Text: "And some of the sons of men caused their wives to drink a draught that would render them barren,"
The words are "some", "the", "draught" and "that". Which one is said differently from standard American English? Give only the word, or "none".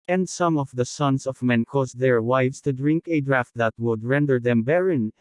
none